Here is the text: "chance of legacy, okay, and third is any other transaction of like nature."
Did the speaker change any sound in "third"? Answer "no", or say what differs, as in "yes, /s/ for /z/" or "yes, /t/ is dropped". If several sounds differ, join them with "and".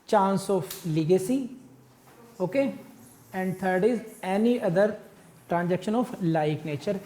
yes, /t/ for /θ/